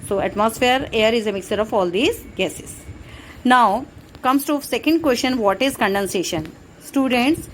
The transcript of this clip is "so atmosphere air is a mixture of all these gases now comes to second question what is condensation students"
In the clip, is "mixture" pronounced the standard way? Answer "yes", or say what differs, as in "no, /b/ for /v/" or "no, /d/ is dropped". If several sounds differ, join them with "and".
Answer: no, /tʃ/ is dropped